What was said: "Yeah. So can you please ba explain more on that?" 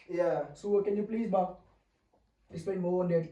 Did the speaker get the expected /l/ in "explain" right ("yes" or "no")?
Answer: no